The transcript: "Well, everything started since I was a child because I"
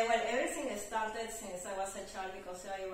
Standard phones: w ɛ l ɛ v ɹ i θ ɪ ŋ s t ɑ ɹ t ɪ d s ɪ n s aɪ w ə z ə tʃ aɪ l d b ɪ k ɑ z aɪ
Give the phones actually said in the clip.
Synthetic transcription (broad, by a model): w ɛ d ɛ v ɹ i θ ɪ ŋ s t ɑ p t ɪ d s ɪ n s aɪ w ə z ə tʃ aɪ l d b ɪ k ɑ s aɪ